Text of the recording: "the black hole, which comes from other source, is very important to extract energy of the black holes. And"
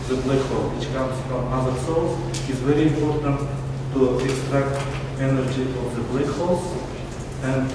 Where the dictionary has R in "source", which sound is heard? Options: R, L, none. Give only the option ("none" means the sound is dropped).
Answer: L